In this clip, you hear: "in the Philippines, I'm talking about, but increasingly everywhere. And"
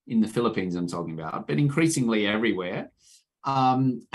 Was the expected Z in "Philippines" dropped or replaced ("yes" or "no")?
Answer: no